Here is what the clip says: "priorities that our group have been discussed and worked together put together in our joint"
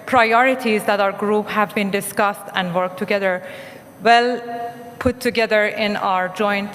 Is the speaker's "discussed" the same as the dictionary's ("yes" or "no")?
yes